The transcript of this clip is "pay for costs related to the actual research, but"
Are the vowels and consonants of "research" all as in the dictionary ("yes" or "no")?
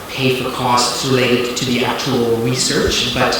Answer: yes